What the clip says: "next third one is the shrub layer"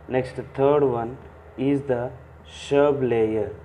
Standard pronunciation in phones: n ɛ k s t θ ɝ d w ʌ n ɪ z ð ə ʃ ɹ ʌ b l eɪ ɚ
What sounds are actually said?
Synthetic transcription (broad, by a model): n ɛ k s t t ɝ d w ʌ n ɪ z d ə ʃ ʌ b l eɪ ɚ